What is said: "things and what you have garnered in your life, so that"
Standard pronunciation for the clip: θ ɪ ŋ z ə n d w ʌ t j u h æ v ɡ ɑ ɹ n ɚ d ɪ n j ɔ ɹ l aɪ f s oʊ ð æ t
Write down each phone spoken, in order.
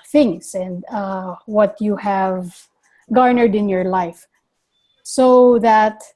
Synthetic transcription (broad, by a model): θ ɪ ŋ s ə n d w ʌ t j u h æ v ɡ ɑ ɹ n ɚ d ɪ n j ɔ ɹ l aɪ f s oʊ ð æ t